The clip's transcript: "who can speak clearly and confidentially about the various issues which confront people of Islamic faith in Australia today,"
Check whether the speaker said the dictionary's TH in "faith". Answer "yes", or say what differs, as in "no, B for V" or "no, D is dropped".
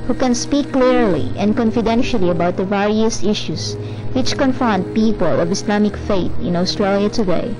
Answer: no, T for TH